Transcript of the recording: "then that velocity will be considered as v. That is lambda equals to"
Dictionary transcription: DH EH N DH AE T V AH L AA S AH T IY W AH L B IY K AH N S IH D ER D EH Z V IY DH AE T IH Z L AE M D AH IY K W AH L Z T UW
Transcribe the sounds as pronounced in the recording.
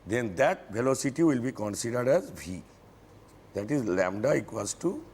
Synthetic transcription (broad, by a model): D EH N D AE T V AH L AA S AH T IY W AH L B IY K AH N S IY D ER D EH Z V IY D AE T IH Z L AE M D AH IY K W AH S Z T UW